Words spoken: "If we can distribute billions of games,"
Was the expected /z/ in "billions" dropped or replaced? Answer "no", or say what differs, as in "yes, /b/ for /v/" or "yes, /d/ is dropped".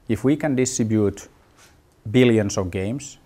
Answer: yes, /s/ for /z/